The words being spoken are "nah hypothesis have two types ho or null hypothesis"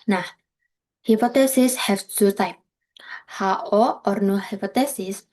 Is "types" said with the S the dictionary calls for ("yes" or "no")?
no